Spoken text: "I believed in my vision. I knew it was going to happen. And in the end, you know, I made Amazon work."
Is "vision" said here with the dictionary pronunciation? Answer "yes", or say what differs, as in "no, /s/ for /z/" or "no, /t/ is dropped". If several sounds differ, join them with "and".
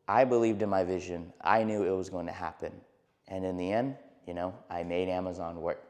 yes